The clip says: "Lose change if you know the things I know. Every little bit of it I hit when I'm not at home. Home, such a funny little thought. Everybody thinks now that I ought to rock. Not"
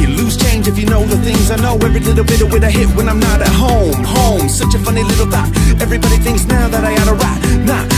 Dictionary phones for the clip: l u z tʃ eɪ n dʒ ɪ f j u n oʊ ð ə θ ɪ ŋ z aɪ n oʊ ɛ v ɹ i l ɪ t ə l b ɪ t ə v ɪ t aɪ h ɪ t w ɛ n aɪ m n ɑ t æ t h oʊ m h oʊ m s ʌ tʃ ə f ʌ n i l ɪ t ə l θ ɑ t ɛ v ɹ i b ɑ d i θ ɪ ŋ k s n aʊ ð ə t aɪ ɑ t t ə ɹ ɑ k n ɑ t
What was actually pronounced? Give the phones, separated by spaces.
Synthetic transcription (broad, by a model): l u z tʃ eɪ n dʒ ɪ f j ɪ n oʊ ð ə θ ɪ ŋ z aɪ n oʊ ɛ v ɹ i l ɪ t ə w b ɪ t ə w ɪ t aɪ h ɪ t w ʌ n aɪ m n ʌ t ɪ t h oʊ m h oʊ m s ʌ tʃ ə f ʌ n i l ɪ t l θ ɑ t ɛ v ɹ i b ɑ d i θ ɪ ŋ k s n aʊ ð ə t aɪ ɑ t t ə ɹ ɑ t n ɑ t